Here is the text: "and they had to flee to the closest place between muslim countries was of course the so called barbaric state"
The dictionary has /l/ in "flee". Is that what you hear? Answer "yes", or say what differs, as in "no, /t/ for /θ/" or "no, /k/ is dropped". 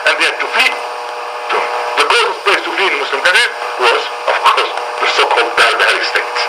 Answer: no, /l/ is dropped